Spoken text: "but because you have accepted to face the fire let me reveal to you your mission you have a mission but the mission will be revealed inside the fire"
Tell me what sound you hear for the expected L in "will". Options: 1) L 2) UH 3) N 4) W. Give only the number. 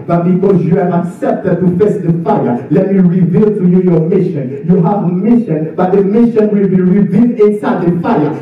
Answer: 1